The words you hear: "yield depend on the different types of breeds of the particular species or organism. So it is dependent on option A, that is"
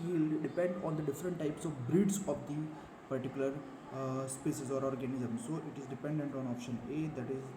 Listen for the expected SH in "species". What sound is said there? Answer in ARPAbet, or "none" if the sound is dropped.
S